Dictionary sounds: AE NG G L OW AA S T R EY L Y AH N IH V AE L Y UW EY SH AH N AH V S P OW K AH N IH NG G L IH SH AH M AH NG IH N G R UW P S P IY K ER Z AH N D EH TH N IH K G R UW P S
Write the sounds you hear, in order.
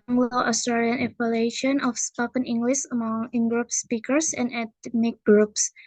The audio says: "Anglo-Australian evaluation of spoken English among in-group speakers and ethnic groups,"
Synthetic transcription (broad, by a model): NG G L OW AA S T R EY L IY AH N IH F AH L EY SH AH N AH F S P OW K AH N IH NG G L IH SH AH M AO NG IH N G R UW P S P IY K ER S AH N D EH T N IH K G R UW P S